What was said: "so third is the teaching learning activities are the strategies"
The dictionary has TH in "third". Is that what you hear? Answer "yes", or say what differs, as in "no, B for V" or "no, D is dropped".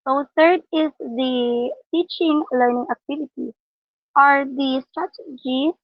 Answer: no, T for TH